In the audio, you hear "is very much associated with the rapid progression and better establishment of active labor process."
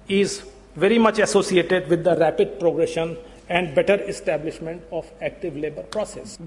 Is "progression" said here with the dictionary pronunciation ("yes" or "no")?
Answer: yes